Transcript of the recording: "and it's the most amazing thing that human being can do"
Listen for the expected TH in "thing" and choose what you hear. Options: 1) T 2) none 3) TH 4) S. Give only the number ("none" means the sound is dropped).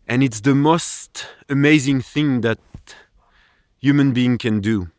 3